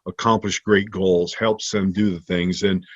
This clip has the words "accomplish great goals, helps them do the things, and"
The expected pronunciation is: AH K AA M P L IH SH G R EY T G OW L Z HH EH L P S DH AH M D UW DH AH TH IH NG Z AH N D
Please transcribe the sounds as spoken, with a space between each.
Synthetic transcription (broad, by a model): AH K AA M P L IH SH G R EY T G OW L Z HH EH L P S DH AH M D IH DH AH TH IH NG Z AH N